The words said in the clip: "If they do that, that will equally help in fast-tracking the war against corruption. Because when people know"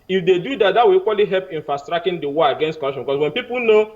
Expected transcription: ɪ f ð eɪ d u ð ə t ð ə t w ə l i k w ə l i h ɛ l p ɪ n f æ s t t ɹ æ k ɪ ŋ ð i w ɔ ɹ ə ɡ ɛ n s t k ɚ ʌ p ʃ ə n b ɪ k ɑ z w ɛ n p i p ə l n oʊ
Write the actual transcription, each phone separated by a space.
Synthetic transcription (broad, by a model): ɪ f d eɪ d u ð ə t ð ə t w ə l i k w ə l i h ɛ l p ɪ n f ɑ s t t ɹ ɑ k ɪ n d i w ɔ ə ɡ ɛ n s t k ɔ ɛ ʃ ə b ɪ k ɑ s w ɛ n p i p ə l n oʊ